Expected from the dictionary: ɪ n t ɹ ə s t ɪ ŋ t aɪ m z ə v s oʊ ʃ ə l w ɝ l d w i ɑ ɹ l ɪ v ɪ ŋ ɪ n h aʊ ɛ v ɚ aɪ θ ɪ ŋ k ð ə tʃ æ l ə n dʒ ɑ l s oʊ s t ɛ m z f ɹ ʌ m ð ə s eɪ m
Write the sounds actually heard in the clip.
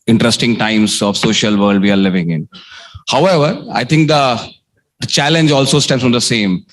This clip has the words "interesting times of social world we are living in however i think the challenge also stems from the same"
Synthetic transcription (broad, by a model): ɪ n t ɹ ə s t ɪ ŋ t aɪ m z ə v s oʊ ʃ ə l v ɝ l d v i ɑ ɹ l ɪ v ɪ ŋ ɪ n h aʊ ɛ v ɚ aɪ t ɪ ŋ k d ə tʃ æ l ə n dʒ ɑ l s oʊ s t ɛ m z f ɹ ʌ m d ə s eɪ m